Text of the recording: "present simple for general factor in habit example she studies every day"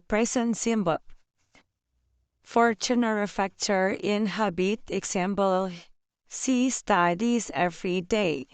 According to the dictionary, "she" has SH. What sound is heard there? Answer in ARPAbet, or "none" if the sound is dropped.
S